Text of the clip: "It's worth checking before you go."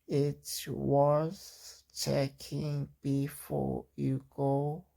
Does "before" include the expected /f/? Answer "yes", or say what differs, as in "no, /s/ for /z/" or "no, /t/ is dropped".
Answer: yes